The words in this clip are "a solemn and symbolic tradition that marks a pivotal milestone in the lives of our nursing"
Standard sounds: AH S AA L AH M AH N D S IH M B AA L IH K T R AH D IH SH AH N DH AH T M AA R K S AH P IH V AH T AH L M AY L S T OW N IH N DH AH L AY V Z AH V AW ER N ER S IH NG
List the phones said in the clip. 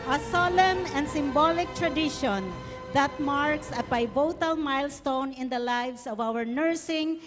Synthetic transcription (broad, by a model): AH S AA L AH M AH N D S IH M B AA L IH K T R AH D IH SH AH N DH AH T M AA R K S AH B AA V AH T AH L M AY L S T OW N IH N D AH L AY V S AH V AW ER N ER S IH NG